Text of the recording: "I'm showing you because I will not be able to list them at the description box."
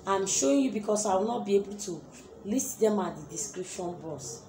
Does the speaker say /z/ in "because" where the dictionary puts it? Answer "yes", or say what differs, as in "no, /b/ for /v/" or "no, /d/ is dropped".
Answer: no, /s/ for /z/